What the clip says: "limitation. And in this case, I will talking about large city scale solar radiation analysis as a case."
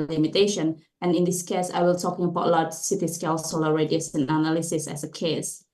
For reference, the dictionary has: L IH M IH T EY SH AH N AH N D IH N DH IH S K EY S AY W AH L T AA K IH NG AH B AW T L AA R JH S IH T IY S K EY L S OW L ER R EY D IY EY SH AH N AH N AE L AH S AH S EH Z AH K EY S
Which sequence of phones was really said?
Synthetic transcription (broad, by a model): L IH M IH T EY SH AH N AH N IH N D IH S K EY S AY W AH L T AA K IH NG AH B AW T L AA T S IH T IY S K EY L S OW L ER R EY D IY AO S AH N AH N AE L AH S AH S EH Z AH K EY S